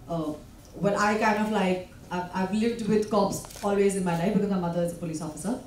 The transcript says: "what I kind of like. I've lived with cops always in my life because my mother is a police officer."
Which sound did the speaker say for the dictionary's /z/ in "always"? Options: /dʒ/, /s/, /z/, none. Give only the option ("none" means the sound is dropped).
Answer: /z/